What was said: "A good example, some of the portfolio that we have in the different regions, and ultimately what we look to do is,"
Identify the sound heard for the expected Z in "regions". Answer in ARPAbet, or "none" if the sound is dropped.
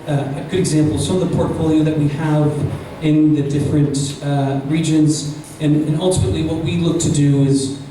Z